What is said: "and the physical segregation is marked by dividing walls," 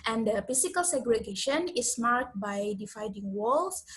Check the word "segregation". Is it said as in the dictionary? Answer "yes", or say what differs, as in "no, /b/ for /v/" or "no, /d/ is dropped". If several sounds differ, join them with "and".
yes